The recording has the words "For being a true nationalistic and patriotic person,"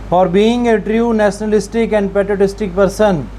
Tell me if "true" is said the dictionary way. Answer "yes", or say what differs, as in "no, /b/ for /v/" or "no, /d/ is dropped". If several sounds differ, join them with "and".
yes